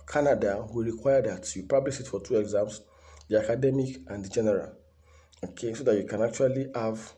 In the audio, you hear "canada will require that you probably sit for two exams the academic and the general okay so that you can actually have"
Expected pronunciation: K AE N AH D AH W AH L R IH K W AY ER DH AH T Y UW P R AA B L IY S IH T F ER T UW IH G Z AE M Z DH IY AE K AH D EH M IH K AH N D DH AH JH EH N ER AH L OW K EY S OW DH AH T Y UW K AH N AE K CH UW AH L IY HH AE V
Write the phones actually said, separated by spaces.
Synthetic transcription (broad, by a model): K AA N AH D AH W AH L R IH K W AY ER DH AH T Y UW P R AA B L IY SH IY T F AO T UW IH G Z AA M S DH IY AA K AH D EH M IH K AH N D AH JH EH N ER AH L OW K EY S OW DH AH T Y UW K AH N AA K CH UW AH L IY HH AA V